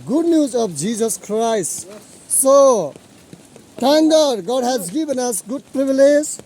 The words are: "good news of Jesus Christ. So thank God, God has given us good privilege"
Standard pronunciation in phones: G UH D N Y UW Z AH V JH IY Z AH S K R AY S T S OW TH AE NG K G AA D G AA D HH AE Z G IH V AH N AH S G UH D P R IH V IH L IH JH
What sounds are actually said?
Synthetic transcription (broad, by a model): G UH D N Y UW Z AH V JH IY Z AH S K R AY S T S OW T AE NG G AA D G AA D HH AE Z G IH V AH N AH S G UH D P R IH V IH L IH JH